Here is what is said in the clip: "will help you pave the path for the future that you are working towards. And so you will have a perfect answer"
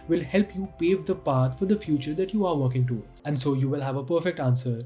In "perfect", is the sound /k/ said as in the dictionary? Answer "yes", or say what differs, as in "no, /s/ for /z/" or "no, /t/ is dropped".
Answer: yes